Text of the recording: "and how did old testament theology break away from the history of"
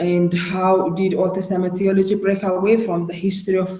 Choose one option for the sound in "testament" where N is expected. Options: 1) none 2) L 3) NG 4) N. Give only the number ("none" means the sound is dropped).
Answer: 1